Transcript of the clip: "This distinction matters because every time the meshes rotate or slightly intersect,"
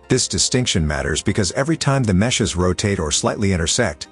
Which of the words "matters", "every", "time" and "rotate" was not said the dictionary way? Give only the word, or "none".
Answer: none